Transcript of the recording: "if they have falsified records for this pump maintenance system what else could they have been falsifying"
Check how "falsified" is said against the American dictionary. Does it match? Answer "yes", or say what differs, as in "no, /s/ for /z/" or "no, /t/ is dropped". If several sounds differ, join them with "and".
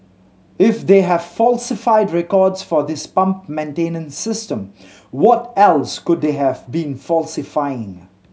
yes